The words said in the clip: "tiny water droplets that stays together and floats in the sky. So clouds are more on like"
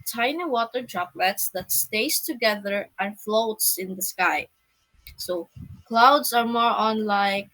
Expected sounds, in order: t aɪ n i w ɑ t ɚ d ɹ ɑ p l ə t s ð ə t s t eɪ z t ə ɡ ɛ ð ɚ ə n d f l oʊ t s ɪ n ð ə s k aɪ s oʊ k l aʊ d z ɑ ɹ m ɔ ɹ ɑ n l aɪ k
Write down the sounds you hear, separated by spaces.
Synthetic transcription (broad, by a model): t aɪ n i w ɑ t ɚ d ɹ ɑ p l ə t s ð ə t s t eɪ s t ə ɡ ɛ ð ɚ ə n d f l oʊ t s ɪ n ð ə s k aɪ s oʊ k l aʊ d s ɑ ɹ m ɔ ɹ ɑ n l aɪ k